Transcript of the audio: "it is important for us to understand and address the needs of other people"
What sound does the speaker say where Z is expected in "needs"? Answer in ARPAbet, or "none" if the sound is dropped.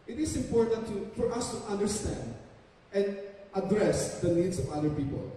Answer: S